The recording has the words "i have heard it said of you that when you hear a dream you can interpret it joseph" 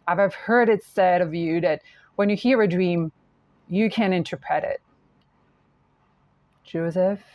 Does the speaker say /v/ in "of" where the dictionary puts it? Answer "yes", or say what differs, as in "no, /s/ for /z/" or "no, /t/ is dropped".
yes